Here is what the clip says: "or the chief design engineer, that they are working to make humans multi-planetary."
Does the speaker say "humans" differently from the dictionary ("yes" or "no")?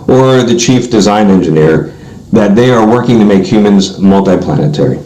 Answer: no